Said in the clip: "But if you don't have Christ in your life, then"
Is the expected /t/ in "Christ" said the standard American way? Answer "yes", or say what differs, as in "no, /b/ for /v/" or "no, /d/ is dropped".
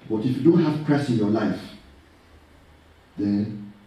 no, /t/ is dropped